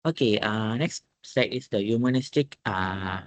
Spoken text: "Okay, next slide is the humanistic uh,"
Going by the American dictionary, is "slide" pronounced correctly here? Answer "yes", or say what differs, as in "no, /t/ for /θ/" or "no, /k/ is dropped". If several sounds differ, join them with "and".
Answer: no, /l/ is dropped